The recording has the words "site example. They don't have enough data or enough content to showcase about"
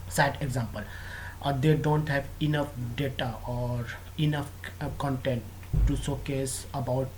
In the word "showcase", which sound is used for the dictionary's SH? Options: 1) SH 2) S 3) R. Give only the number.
2